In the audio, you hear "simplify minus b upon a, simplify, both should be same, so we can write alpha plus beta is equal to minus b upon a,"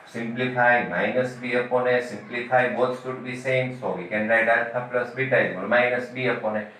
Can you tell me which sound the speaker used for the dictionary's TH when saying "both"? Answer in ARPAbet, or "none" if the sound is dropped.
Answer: S